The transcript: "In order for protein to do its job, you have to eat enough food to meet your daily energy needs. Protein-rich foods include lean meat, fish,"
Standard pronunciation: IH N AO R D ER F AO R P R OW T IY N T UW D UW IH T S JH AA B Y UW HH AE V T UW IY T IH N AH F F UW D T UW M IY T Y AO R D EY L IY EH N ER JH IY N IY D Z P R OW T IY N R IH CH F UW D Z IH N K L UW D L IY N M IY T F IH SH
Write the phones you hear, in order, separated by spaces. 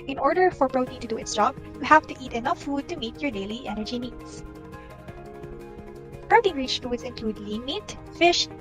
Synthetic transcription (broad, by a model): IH N AO R D ER F AO R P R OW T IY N T UW D UW IH T S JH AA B Y UW HH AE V T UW IY T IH N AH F F UW D T UW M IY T Y AO R D EY L IY EH N ER JH IY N IY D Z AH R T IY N R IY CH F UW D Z IH N K L UW D L IY N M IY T F IH SH